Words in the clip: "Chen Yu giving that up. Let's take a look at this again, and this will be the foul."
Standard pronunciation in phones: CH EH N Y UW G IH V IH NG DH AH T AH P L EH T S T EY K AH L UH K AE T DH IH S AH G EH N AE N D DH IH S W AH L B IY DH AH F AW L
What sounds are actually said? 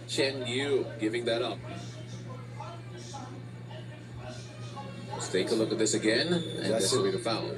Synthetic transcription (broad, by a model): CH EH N Y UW G IH V IH NG DH AH T AH P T T EY K AH L UH K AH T DH IH S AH G EH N N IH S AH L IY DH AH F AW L